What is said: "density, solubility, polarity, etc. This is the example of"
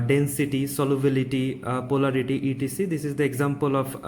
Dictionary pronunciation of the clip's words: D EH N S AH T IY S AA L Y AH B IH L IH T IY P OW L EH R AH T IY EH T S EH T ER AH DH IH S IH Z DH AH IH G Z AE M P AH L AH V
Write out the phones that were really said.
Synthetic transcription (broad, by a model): D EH N S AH T IY S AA L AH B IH L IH T IY P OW L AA R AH T IY T IY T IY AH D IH S IH Z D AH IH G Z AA M P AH L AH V